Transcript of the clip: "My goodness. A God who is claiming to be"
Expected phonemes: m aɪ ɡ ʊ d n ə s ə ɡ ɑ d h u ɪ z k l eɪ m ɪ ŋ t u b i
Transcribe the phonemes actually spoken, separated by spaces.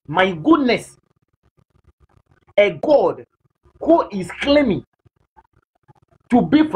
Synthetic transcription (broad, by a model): m aɪ ɡ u d n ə s ə ɡ ɑ d h u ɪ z k l eɪ m ɪ ŋ t u b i